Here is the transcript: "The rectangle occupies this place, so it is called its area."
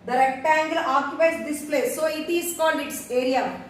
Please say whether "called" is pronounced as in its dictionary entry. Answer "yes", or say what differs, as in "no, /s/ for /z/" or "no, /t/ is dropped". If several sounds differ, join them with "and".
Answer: no, /n/ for /l/